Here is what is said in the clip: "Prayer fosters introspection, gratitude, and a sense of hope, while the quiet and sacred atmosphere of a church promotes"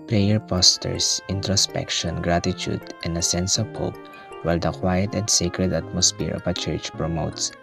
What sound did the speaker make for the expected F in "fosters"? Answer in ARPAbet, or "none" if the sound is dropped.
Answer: P